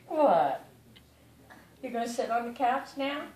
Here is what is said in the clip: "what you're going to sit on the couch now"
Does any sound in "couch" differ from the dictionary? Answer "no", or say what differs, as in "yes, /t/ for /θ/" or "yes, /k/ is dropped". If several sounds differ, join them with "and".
yes, /s/ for /tʃ/